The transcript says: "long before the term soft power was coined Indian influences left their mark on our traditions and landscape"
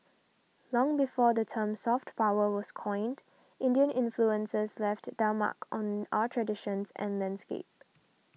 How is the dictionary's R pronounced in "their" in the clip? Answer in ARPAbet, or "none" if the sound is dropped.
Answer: L